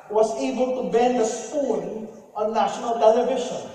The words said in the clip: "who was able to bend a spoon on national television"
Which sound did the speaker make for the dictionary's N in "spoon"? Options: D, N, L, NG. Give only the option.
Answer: L